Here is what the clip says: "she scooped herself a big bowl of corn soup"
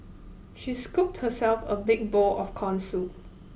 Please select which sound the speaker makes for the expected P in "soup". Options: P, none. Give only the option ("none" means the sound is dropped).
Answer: none